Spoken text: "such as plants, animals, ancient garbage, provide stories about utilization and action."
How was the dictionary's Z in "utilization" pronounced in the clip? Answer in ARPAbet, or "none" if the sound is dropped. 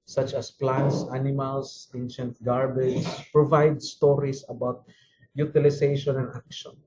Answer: S